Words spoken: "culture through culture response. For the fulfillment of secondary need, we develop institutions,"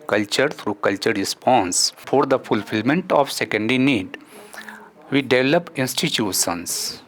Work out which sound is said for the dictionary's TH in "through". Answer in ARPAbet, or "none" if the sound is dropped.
T